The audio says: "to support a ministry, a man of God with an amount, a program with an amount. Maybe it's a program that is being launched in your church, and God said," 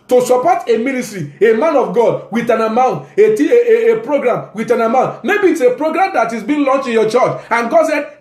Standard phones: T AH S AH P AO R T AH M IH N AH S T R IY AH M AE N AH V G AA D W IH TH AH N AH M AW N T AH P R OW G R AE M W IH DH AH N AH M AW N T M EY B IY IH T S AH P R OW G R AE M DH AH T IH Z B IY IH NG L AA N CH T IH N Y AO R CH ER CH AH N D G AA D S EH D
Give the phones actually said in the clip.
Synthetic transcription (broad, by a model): T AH S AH P AO T AH M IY N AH S T R IY AH M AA N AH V G AA D W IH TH AH N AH M AW N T AH P R OW G R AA M W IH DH AH N AH M AW N T M EY B IY T S AH P R OW G R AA M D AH T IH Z B IY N L AA N CH T IH N Y AO CH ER CH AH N G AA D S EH